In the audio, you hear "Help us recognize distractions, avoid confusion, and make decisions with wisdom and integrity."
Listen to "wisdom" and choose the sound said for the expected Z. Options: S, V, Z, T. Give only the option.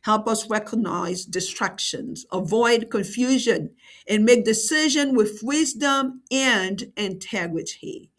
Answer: Z